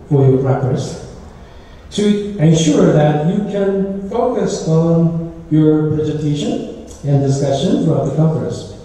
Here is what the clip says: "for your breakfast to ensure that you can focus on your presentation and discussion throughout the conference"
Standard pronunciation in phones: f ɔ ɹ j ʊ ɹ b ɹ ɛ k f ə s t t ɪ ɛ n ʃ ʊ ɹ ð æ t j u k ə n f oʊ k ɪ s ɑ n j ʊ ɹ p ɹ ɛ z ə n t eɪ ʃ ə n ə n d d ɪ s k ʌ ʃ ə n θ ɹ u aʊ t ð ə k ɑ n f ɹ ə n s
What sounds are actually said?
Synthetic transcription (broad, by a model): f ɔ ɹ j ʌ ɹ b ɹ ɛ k ə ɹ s t ɪ ɛ n ʃ ʊ ɹ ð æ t j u k ə n f oʊ k ɪ s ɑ n j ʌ ɹ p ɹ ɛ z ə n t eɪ ʃ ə n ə n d d ɪ s k ʌ ʃ ə n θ ɹ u aʊ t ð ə k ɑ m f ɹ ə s